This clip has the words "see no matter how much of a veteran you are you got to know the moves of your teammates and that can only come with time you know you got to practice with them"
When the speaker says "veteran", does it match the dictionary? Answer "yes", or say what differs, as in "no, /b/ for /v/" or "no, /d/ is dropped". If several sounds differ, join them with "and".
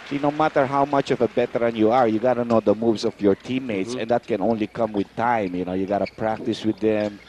no, /b/ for /v/